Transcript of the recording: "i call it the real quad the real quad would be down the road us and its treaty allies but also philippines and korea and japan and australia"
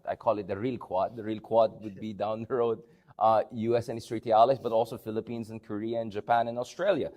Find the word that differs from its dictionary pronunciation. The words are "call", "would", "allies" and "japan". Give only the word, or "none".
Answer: allies